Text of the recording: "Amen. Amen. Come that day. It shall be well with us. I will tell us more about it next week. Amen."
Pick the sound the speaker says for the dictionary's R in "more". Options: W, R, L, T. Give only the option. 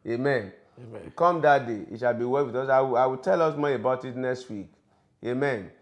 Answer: L